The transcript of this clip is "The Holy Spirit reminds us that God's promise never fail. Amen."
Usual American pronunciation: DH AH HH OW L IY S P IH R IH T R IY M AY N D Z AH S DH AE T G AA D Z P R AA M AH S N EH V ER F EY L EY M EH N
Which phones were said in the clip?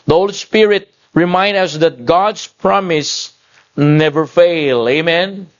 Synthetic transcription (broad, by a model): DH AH HH OW L IY S P IH R IH T R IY M AY N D AH S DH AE T G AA D S P R AA M AH S N EH V ER F EY L EY M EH N